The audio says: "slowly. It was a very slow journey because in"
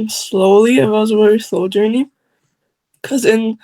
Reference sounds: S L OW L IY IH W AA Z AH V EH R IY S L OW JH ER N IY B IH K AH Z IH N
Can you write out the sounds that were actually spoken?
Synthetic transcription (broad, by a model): S L OW L IY IH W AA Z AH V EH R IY S L OW JH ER IY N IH K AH Z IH N